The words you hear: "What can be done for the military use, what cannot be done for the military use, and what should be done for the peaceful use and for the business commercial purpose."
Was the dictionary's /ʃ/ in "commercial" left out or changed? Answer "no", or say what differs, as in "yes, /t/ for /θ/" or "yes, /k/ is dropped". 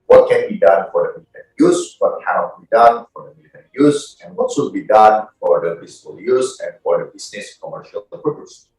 no